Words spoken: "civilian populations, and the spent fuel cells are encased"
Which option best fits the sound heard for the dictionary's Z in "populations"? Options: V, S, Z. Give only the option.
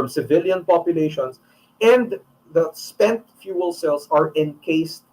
S